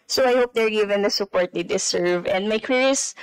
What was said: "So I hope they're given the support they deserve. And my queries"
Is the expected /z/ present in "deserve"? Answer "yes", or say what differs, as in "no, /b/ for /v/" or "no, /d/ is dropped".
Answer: no, /s/ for /z/